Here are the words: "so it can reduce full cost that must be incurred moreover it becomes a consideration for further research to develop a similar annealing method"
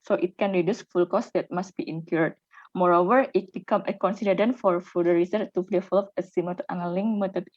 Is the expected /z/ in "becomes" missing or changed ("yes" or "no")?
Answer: yes